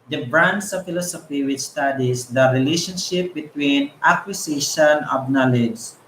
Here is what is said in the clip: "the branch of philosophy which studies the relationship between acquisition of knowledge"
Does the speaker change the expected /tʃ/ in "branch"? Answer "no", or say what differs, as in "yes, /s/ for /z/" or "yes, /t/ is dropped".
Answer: yes, /s/ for /tʃ/